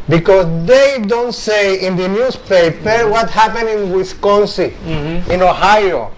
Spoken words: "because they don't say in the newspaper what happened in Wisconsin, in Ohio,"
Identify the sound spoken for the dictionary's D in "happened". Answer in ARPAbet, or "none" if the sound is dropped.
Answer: none